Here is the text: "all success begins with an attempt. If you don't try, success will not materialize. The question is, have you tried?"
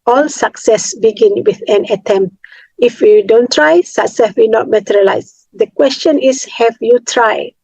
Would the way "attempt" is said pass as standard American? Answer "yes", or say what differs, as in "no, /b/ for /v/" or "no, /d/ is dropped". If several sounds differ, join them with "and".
yes